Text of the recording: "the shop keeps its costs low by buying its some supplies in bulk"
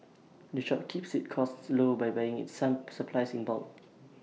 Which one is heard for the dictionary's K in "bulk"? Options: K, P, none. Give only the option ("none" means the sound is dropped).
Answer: none